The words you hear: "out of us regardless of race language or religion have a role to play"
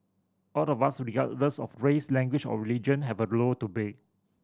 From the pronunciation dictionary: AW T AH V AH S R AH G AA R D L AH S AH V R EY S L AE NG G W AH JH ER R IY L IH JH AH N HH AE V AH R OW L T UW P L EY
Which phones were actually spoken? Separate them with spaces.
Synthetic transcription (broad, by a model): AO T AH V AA S R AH G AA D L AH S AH F R EY S L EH NG G W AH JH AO R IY L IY JH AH N HH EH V AH L OW T UW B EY